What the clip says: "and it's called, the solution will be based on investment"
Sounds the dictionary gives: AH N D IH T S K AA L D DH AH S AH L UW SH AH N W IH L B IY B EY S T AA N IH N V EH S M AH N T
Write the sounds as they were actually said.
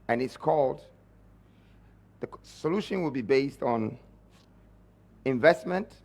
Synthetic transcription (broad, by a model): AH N IH T S K AA L D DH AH S AH L UW SH AH N W IH L B IY B EY S T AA N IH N V EH S M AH N T